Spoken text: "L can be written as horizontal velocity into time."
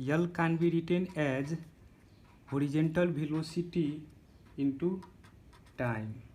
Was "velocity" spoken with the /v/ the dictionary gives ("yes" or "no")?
no